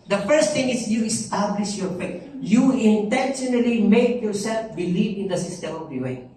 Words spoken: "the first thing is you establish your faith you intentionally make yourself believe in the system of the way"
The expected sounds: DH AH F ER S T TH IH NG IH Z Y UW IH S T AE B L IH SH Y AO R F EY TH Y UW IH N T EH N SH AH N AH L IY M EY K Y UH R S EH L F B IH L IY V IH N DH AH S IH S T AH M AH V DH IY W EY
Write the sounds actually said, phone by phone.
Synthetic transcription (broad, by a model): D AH F ER S T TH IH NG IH S Y UW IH S T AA B L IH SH Y AO R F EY T Y UW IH N T EH N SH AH N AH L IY M EY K Y UH R S EH L F B IH L IY V IH N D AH S IH S T AH M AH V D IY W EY